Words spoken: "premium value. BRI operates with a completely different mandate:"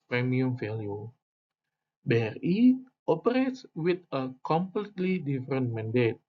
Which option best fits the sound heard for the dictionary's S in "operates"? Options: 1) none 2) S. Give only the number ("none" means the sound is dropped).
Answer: 2